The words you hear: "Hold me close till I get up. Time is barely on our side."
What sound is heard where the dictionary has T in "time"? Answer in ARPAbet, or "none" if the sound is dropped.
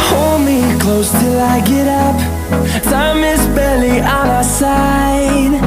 S